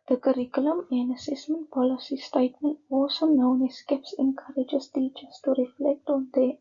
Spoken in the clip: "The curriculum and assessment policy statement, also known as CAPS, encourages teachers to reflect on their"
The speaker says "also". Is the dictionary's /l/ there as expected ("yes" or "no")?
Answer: no